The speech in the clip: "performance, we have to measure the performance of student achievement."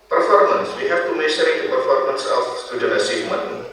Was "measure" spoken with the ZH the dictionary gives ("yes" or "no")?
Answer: no